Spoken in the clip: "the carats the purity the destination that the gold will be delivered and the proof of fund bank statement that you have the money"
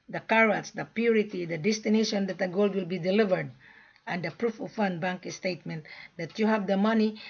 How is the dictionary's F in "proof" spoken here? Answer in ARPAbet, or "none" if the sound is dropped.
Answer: F